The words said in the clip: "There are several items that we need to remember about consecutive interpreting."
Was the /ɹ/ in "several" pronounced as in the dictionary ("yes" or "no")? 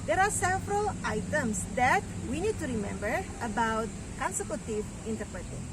yes